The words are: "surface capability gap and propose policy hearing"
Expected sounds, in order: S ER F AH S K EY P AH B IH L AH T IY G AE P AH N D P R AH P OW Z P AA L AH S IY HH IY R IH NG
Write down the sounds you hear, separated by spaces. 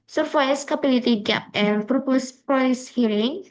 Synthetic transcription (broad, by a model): S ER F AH S K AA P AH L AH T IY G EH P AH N P R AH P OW S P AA AH S HH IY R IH NG